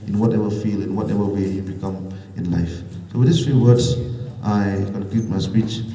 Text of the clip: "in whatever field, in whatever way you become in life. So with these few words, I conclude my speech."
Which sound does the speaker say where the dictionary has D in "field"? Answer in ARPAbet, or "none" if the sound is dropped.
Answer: none